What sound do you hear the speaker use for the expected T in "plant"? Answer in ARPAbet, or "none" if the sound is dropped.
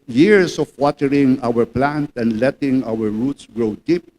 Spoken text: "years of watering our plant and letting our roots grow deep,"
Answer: T